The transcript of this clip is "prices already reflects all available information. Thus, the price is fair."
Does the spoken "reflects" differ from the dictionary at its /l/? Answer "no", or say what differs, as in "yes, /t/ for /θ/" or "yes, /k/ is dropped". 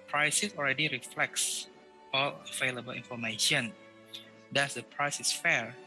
no